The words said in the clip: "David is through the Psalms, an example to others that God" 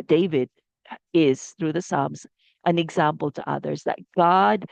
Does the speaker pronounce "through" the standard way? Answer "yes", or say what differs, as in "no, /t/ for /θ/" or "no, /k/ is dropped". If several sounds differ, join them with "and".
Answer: yes